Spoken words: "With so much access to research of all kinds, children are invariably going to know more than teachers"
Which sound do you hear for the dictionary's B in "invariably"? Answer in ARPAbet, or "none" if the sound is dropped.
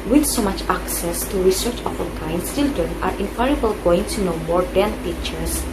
none